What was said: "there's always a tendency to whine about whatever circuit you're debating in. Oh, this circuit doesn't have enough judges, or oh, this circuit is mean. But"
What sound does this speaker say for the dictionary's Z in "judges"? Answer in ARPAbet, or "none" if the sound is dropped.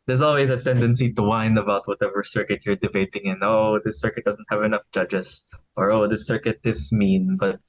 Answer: S